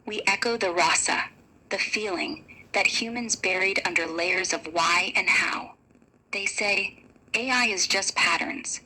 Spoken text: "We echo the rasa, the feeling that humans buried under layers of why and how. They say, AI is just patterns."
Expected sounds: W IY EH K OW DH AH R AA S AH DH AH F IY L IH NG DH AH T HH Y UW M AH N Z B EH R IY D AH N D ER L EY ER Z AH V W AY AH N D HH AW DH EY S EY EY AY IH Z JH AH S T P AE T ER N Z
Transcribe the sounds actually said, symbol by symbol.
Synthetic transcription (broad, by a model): W IY EH K OW DH AH R AA S AH DH AH F IY L IH NG DH AH T HH Y UW M AH N Z B EH R IY D AH N D ER L EY ER Z AH V W AY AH N HH AW DH EY S EY EY AY IH Z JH AH S P AE T ER N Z